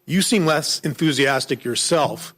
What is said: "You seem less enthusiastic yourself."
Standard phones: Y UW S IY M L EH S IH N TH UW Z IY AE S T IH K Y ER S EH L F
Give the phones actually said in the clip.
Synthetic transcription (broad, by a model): Y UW S IY M L EH S IH N TH UW Z IY AE S T IH K Y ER S EH L F